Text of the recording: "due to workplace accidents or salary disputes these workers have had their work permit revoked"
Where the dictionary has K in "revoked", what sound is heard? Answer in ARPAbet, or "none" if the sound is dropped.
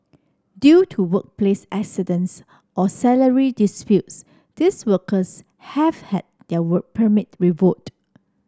none